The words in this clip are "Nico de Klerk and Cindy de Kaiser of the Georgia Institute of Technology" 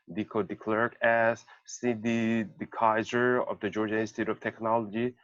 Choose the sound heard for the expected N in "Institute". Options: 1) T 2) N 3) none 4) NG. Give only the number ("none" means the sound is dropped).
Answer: 3